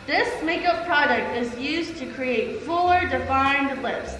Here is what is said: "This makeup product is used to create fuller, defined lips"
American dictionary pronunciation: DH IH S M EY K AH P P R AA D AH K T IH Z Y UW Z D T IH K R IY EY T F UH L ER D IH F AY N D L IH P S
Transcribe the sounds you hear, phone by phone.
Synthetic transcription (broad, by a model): DH IH S M EY K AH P P R AA D AH K T IH Z Y UW Z T IH K R IY EY T F UH L ER D IH F AY N D L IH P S